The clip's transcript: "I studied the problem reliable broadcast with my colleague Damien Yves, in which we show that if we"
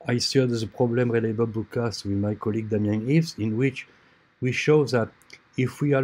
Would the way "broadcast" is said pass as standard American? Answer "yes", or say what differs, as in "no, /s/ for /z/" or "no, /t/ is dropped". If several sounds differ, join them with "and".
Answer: no, /ɹ/ is dropped